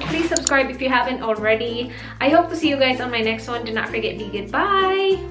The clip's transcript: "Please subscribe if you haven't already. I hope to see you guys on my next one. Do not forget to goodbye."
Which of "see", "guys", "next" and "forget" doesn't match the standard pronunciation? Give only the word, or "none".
none